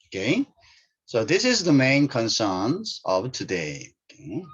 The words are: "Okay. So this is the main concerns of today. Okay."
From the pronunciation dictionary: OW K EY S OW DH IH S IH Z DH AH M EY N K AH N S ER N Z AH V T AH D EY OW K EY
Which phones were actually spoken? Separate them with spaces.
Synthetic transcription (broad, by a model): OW K EY S OW DH IH S IH Z DH AH M EY N K AH N S ER N Z AH V T AH D EY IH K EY